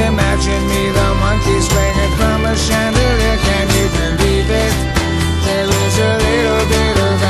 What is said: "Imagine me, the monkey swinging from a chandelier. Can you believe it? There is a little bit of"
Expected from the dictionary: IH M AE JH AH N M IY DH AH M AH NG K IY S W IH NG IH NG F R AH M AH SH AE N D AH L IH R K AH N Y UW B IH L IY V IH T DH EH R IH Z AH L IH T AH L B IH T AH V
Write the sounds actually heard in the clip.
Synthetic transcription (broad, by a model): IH M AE JH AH N M IY DH AH M AH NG K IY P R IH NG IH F R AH M AH SH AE N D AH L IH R K AH N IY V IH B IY B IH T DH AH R IH Z AH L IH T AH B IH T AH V